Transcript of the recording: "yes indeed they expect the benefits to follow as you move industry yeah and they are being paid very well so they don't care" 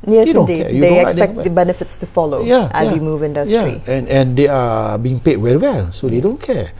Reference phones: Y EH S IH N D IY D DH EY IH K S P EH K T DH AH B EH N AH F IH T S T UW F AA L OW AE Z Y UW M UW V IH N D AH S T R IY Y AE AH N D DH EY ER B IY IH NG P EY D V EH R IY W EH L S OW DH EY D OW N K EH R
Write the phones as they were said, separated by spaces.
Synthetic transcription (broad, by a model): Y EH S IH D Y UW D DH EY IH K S EH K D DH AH B EH N AH F IH T S T UW F AA L OW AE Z Y UW M UW V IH N D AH S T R IY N AH N D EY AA B IY IH NG P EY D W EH R IY W EH L S OW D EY D OW N K EH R